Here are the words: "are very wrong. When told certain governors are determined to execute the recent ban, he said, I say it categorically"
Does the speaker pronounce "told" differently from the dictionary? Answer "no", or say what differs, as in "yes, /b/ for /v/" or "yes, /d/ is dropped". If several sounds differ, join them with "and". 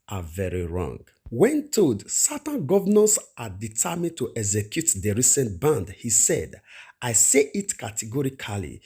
yes, /l/ is dropped